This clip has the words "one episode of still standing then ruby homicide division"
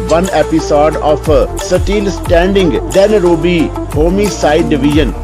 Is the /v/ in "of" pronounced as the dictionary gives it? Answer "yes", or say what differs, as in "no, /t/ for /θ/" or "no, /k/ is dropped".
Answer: no, /p/ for /v/